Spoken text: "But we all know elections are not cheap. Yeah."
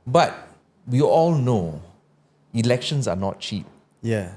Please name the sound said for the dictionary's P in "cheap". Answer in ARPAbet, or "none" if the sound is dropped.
P